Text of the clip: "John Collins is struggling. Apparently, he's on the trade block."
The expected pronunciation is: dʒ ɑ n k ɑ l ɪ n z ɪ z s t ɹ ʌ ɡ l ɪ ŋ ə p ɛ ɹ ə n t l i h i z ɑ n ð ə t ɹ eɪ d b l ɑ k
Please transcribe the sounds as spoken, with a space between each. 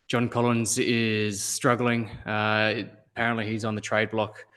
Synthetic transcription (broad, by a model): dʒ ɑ n k ɑ l ɪ n z ɪ z s t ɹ ʌ ɡ l ɪ ŋ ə p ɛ ɹ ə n t l i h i z n ð ə t ɹ eɪ d b l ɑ k